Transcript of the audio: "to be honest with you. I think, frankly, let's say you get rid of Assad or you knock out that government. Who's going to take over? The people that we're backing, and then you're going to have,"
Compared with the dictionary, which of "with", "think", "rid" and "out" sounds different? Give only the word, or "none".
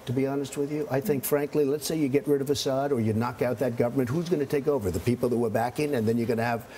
none